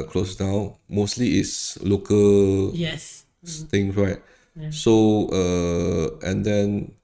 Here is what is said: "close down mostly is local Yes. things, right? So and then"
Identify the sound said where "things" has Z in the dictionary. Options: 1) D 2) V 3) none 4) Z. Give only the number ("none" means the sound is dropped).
3